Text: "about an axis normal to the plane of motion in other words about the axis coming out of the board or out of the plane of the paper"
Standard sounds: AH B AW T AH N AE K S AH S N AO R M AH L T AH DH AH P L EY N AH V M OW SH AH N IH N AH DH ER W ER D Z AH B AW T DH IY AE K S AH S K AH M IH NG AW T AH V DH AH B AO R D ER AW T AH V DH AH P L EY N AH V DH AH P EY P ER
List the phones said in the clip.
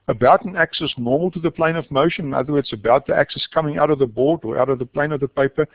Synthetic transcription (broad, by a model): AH B AW T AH N AE K S AH S N AO R M AH L T AH DH AH P L EY N AH V M OW SH AH N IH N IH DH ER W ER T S AH B AW T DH IY AE K S AH S K AH M IH NG AW T AH V DH AH B AO R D ER AW T AH V DH AH P L EY N AH V DH AH P EY P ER